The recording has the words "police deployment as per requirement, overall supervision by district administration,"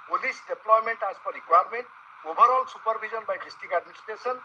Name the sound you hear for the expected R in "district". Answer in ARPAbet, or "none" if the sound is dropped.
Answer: none